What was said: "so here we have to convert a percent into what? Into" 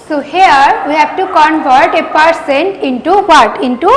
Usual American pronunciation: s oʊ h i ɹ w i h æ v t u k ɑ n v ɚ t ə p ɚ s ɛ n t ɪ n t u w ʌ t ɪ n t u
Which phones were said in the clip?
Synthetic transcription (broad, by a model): s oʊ h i ɹ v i h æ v t u k ɑ n v ɚ t ə p ɚ s ɛ n t ɪ n t u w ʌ t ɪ n t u